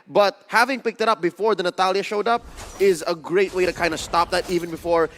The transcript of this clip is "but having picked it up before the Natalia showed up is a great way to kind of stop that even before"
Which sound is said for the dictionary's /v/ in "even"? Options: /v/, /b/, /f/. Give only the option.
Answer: /v/